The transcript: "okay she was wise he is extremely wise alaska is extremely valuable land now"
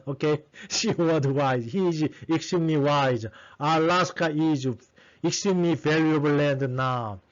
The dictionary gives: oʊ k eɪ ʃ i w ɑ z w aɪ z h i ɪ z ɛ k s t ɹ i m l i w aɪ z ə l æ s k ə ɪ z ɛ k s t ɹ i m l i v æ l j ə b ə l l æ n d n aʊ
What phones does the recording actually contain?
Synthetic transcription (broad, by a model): oʊ k eɪ ʃ i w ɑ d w aɪ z h i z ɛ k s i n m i w aɪ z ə l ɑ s k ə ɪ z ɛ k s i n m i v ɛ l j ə ə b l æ n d n aʊ